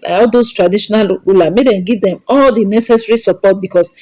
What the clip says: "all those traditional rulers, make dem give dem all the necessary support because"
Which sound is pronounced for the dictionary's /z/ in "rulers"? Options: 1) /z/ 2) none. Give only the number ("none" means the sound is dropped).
2